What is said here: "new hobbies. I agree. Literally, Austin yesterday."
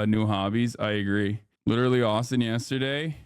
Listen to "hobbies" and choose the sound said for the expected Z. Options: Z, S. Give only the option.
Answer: Z